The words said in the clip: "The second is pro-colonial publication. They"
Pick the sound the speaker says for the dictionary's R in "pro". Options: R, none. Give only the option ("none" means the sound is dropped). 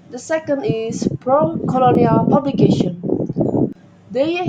R